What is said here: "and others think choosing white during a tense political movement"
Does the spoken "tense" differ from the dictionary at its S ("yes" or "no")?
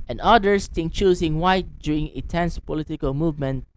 no